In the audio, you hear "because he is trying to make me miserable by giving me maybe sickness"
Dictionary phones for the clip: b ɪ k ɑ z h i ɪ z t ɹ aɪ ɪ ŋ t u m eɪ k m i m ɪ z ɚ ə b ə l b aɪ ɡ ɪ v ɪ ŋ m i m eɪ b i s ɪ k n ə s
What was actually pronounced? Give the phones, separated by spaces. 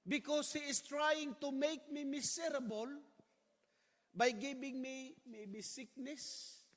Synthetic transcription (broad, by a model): b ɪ k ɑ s h i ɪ s t ɹ aɪ ɪ ŋ t u m eɪ k m i m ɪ s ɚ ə b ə l b aɪ ɡ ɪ b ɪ ŋ m i m eɪ b i s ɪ k n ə s